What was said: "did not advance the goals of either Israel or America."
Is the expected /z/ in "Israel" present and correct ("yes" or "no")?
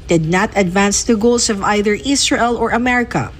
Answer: no